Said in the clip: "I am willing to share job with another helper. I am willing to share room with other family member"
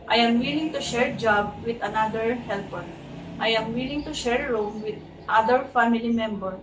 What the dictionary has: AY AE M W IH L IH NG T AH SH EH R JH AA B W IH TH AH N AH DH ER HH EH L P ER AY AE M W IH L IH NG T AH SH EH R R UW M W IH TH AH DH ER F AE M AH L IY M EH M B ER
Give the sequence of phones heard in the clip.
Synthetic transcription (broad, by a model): AY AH M W IH L IH NG T AH SH EH R JH AA B W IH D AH N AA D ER HH EH L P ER AY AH M W IH L IH NG T AH SH EH R R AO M W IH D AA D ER F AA M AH L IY M EH M B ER